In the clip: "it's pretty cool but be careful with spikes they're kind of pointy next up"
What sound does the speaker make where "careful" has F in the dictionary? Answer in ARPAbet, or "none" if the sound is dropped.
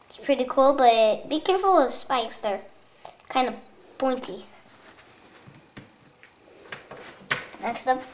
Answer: F